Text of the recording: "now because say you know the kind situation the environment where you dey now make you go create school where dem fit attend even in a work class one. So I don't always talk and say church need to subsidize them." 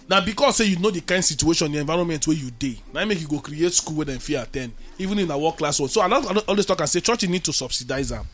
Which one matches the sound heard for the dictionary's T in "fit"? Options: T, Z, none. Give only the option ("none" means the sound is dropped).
none